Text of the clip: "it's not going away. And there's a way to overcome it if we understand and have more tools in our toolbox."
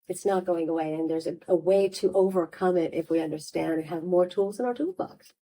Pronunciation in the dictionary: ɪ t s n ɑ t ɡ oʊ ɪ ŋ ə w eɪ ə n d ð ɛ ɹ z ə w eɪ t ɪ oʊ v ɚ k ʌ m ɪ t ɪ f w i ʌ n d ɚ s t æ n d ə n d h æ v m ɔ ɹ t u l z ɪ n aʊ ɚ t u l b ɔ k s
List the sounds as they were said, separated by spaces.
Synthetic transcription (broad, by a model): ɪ t s n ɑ t ɡ oʊ ɪ ŋ ə w eɪ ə n ð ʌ ɹ z ə w eɪ t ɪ oʊ v ɚ k ʌ m ɪ t ɪ f w i ʌ n d ɚ s t æ n d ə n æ v m ɔ ɹ t u l z ɪ n aʊ ɚ t u l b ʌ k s